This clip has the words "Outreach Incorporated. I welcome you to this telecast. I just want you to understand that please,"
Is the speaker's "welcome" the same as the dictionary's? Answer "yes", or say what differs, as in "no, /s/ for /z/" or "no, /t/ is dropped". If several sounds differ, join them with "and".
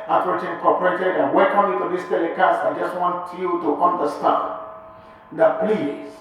no, /l/ is dropped